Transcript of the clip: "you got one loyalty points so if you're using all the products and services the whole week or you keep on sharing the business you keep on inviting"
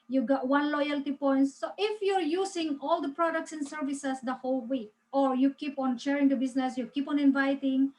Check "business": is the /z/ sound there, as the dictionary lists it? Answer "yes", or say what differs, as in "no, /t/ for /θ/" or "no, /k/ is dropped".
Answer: no, /s/ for /z/